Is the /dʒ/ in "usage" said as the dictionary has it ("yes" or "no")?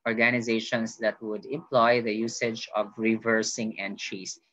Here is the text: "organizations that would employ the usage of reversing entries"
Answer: yes